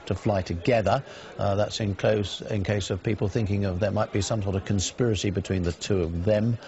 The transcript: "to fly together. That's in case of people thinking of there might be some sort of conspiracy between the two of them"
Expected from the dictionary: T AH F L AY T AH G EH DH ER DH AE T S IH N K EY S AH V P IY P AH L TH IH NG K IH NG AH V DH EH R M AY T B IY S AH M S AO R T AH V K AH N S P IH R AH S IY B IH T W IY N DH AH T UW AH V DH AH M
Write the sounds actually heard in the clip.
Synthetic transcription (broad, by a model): T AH F L AY T AH G EH DH ER DH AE T S IH N K EY S AH V P IY P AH L TH IH NG K IH NG AH V DH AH R M AY T B IY S AH M S AO R T AH V K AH N S P IH R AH S IY B IH T W IY N DH AH T UW AH V DH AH M